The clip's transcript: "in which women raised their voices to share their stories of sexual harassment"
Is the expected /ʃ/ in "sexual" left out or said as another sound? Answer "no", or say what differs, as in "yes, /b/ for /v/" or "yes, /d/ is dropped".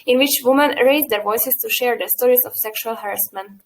no